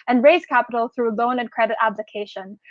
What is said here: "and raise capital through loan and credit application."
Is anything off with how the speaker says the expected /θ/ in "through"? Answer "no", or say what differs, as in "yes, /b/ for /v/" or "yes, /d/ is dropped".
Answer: no